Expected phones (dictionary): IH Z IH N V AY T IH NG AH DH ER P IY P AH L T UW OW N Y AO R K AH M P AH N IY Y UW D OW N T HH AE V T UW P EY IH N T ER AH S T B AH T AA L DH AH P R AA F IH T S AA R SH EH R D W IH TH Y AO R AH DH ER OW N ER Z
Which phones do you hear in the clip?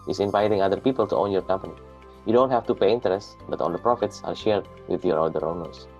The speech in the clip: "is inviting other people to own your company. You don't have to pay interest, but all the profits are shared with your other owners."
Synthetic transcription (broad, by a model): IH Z IH N V AY T IH NG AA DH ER P IY P AH L T UW OW N Y AO R K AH M P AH N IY Y UW D OW N T HH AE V T UW P EY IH N T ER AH S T B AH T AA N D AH P R AA F IH T S AA R SH EH R D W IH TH Y AO R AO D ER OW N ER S